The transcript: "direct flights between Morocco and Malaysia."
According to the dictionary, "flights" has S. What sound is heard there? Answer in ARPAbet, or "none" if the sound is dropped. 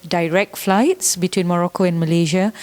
S